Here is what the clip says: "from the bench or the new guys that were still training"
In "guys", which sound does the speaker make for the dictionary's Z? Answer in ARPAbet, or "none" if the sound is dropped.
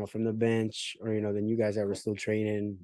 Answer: Z